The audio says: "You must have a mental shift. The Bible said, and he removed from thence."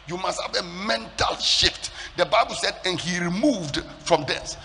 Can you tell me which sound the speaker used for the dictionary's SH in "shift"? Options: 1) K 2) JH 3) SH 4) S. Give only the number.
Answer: 3